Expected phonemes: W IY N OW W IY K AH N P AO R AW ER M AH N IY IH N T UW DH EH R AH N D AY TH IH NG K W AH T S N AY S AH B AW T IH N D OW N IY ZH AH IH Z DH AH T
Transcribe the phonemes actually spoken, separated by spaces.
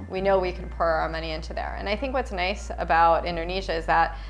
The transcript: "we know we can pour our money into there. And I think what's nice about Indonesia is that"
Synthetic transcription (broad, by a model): W IY N OW W IY K AH N P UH R AW ER M AH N IY IH N T UW DH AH R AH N AY TH IH NG K W AH T S N AY S AH B AW T IH N D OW N IY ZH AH IH Z DH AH T